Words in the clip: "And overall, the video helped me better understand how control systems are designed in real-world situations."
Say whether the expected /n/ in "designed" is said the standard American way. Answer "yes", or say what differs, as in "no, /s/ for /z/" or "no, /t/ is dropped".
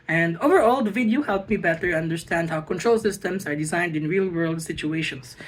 yes